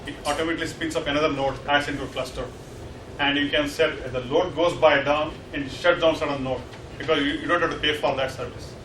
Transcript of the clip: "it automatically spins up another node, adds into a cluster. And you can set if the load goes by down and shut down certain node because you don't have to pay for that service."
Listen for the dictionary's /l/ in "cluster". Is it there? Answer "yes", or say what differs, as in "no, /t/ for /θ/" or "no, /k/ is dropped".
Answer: yes